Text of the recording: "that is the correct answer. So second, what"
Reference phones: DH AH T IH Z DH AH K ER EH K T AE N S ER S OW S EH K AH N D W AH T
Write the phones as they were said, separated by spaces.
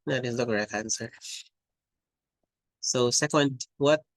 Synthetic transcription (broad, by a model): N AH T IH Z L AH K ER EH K AE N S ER S OW S EH K AH N D W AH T